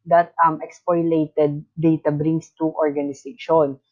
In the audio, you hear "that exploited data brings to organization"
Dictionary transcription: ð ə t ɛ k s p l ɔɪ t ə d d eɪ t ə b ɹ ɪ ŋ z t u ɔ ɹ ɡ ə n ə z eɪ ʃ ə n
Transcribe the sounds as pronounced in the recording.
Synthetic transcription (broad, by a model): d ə t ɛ k s p ɔɪ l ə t d eɪ t ə b ɹ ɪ ŋ s t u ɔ ɹ ɡ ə n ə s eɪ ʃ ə n